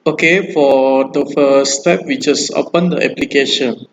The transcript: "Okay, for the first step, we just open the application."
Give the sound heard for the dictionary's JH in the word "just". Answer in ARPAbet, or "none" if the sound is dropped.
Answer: CH